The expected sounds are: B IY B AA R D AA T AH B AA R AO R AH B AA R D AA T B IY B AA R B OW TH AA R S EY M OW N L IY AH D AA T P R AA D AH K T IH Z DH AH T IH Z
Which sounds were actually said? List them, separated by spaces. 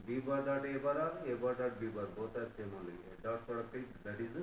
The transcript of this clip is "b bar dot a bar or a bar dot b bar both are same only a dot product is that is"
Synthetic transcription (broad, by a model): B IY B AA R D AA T AH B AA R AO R AH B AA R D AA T B IY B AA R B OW T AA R S EY M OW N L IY AH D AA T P AA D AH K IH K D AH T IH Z